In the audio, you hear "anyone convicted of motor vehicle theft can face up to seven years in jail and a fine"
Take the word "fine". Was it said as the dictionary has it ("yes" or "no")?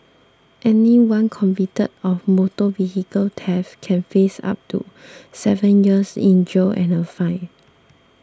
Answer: no